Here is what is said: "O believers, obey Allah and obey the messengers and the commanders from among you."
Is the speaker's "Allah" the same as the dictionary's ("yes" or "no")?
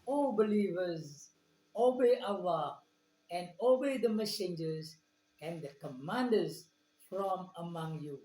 no